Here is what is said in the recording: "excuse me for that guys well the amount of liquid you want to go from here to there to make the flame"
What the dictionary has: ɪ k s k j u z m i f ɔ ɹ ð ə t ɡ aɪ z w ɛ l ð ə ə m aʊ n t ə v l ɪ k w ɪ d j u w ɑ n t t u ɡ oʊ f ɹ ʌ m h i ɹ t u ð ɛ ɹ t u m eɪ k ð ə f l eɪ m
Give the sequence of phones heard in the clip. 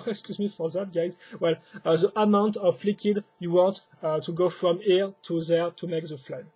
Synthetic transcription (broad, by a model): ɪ k s k j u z m i f ɔ ɹ ð ə t ɡ aɪ z w ɛ l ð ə ə m aʊ n t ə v l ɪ k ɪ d j u w ɑ n t t u ɡ oʊ f ɹ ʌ m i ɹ t u ð ɛ ɹ t u m eɪ k ð ə f l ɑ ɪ